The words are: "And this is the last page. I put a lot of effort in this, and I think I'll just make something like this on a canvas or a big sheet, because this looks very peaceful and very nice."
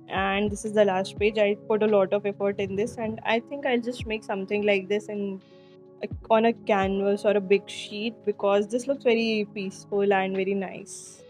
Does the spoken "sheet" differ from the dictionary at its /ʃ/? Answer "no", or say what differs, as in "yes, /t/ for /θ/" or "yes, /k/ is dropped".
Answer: no